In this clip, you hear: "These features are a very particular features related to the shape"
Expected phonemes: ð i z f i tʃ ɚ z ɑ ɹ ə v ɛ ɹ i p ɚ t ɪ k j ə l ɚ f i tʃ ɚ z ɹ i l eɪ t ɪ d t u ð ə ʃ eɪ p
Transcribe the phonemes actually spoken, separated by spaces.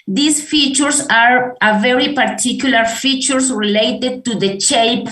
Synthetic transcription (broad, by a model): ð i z f i tʃ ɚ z ɑ ɹ ə v ɛ ɹ i p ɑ t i k j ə l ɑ f i tʃ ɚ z ɹ i l eɪ t ɪ d t u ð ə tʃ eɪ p